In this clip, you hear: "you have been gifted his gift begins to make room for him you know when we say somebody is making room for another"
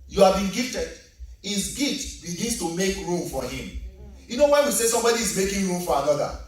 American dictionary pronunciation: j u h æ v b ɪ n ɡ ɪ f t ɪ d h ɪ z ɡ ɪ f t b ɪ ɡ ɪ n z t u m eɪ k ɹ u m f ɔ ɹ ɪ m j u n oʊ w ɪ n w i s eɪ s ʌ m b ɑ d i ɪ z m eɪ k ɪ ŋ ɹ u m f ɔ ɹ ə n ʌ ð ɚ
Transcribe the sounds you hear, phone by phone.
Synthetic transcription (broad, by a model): j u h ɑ v b ɪ n ɡ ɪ f t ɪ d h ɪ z ɡ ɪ t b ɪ ɡ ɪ n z t u m eɪ k ɹ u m f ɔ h ɪ m j u n oʊ w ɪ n w i s eɪ s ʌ m b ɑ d i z m eɪ k ɪ ŋ ɹ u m f ɔ ɹ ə n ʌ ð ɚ